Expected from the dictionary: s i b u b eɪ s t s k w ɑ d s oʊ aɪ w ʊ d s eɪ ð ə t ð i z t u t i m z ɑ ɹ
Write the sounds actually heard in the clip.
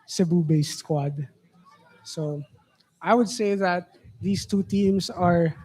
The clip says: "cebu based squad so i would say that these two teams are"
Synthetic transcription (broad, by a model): s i b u b eɪ s t k w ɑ d s oʊ aɪ w ʊ d s eɪ ð ə t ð i s t u t i m s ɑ ɹ